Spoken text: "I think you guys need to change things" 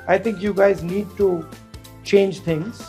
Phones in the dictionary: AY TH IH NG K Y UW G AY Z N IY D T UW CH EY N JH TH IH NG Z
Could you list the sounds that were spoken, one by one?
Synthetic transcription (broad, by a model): AY T IH NG K Y UW G AY Z N IY D T UW CH EY N JH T IH NG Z